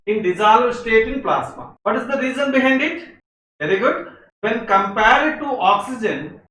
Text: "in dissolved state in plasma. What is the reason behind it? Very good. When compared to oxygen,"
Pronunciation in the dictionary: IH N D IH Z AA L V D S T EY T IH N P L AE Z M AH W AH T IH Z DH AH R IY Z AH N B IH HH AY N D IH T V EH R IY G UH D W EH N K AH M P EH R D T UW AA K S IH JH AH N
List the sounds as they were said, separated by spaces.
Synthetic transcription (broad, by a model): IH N D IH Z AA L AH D S T EY T IH N P L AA S M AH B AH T IH Z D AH R IY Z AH N B IH HH AY N D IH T V EH R IY G UH D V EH N K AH M P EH R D T UW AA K S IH JH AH N